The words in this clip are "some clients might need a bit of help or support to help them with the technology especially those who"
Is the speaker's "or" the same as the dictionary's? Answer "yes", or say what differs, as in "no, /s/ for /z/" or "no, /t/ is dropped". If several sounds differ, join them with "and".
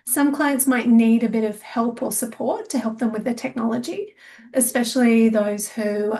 no, /l/ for /ɹ/